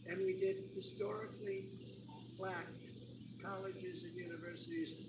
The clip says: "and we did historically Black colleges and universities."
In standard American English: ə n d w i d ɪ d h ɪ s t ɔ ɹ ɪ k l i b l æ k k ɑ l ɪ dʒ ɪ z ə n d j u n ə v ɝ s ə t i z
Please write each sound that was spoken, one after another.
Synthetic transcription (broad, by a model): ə n w i d ɪ d h ɪ s t ɔ ɹ ɪ k l i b l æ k k ɑ l ɪ dʒ ɪ z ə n j u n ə v ɝ s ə t i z